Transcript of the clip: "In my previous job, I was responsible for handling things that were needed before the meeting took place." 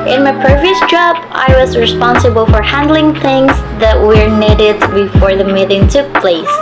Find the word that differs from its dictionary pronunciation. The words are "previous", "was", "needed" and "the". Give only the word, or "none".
none